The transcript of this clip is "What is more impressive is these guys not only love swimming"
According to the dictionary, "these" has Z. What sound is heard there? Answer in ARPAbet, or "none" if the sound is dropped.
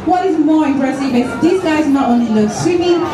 S